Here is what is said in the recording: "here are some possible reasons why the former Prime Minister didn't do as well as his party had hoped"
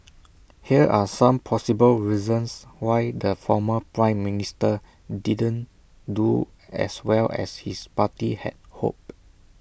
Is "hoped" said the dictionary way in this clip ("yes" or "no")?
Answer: no